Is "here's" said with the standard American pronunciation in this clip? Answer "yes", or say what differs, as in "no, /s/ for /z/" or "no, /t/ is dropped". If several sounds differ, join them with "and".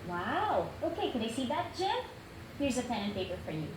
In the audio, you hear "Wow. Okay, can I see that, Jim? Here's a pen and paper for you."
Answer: yes